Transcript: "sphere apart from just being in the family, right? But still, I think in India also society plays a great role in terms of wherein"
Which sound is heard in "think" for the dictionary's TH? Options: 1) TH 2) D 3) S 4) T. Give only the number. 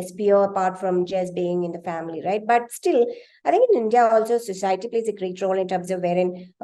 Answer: 4